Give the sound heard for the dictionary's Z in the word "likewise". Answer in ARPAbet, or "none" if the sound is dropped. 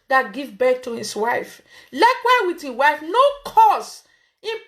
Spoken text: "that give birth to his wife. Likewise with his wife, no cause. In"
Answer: none